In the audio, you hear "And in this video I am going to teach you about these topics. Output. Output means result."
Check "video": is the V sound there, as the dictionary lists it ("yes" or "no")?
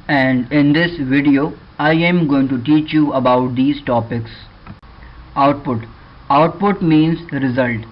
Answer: yes